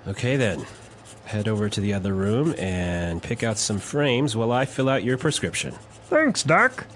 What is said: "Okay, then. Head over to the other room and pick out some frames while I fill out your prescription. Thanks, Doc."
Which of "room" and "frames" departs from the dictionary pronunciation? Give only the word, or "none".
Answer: none